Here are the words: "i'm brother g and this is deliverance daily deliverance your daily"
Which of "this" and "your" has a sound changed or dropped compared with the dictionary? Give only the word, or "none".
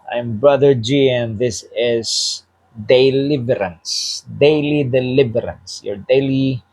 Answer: none